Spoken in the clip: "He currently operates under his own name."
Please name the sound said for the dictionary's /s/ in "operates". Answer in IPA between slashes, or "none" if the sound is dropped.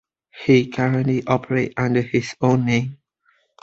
none